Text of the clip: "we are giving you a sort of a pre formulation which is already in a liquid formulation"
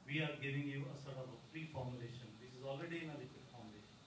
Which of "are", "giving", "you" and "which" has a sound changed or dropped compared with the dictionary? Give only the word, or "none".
which